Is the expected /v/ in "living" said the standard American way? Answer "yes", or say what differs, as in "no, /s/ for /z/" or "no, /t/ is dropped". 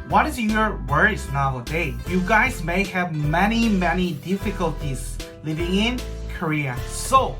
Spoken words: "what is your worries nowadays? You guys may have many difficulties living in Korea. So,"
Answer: yes